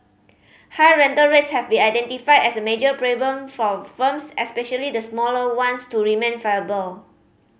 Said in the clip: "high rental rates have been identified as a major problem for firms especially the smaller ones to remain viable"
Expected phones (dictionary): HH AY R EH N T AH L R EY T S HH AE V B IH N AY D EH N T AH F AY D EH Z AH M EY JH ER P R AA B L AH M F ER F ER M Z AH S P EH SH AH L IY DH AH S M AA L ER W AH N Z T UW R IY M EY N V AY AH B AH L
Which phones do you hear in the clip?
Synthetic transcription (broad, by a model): HH AY R EH N T AH L R EY T S HH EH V B IH N AY D EH N T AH F AY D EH S AH M EY JH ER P R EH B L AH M F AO F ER M S AH S P EH SH AH L IY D AH S M AA L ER W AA N S T UW R IY M EY N F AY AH B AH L